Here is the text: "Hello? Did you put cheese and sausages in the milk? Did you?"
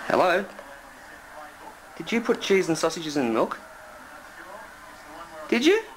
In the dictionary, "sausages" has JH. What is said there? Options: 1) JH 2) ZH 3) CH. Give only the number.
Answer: 1